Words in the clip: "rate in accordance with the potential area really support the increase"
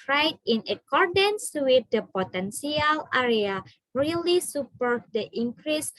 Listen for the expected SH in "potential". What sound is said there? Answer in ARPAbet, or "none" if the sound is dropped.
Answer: S